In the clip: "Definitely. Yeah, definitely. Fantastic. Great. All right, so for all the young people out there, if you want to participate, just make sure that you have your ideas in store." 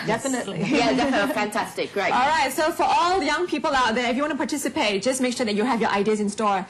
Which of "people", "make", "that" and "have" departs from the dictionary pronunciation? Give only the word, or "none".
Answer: none